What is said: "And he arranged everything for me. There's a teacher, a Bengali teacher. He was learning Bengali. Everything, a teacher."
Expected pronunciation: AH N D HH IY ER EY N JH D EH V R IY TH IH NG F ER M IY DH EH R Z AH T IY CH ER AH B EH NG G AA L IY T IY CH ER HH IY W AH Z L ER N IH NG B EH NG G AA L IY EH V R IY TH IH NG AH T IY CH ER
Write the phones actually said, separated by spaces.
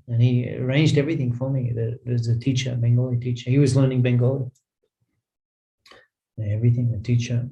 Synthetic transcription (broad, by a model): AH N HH IY ER EY N JH D EH V R IY TH IH NG F ER M IY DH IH W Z AH T IY CH ER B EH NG G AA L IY T IY CH ER HH IY W AH Z L ER N IH NG B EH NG G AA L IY EH V R IY TH IH NG AH T IY CH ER